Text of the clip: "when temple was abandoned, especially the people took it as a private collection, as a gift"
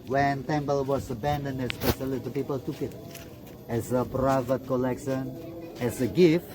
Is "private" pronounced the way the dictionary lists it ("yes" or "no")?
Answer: yes